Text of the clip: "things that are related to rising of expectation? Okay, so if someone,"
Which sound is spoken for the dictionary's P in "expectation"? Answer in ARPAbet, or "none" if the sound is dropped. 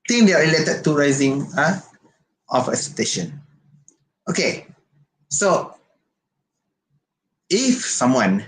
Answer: none